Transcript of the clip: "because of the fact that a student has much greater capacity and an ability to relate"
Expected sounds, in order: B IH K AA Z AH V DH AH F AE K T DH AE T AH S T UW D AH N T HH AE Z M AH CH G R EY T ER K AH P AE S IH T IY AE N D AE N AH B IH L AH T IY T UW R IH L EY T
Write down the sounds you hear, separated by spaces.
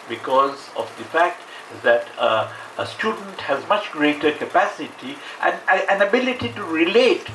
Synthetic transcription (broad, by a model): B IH K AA Z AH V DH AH F AE K T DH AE T AH S T UW D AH N T HH AE Z M AH CH G R EY T ER K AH P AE S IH T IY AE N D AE N AH B IH L AH T IY T UW R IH L EY T